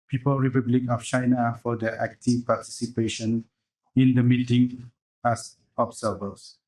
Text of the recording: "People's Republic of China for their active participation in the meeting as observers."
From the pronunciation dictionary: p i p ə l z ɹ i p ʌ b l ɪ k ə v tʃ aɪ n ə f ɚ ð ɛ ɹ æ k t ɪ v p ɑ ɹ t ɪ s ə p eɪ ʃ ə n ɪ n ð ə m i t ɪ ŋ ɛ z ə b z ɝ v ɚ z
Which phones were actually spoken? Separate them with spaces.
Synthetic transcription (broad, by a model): p i p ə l ɹ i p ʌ b l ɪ k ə f tʃ aɪ n ə f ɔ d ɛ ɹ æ k t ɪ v p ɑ t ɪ s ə p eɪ ʃ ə n ɪ n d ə m i t ɪ ŋ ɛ s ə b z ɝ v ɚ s